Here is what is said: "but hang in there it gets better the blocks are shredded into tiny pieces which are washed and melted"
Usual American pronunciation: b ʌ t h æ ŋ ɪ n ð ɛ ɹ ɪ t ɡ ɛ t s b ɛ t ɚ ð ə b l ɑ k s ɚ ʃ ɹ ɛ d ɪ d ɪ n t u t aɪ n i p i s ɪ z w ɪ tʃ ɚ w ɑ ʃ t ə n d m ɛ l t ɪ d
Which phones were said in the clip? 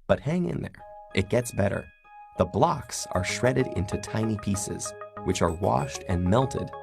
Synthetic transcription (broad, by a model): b ʌ t h æ ŋ ɪ n ð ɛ ɹ ɪ t ɡ ɛ t s b ɛ t ɚ ð ə b l ɑ k s ɚ ʃ ɹ ɛ d ɪ d ɪ n t u t aɪ n i p i s ɪ z w ɪ tʃ ɚ w ɑ ʃ t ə n m ɛ l t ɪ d